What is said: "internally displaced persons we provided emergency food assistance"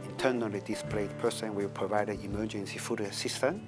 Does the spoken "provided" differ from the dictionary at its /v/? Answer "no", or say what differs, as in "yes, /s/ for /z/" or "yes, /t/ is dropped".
no